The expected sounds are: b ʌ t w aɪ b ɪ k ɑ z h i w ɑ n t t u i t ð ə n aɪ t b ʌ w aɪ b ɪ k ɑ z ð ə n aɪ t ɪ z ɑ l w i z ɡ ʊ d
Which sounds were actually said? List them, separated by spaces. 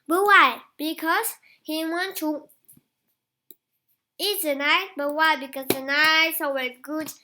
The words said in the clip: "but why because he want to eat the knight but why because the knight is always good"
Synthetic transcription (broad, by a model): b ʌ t w aɪ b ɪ k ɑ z h i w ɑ n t t u i t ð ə n aɪ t b ʌ w aɪ b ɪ k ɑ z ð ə n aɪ ɪ s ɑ w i ɡ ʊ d